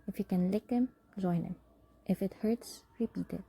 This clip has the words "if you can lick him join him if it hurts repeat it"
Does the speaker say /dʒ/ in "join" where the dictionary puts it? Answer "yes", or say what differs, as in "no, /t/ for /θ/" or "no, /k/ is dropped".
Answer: no, /z/ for /dʒ/